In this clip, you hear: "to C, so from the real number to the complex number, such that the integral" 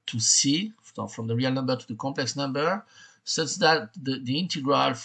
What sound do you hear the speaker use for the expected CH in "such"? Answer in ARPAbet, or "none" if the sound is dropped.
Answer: S